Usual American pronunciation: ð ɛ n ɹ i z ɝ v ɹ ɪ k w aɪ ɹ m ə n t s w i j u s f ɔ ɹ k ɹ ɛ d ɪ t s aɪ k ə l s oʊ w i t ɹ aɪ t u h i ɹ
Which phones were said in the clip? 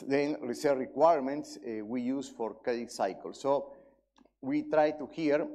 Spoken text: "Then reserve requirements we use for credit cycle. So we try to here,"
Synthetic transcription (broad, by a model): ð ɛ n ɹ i s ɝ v ɹ ɪ k w aɪ ɹ m ə n t s w i j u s f ɔ ɹ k ɛ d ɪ s aɪ k ə l s oʊ w i t ɹ aɪ t u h i ɹ